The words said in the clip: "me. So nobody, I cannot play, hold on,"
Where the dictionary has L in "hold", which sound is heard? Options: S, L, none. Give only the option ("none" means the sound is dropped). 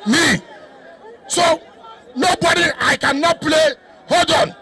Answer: none